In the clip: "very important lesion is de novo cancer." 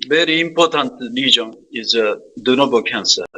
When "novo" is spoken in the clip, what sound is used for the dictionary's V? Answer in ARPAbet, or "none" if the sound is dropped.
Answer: B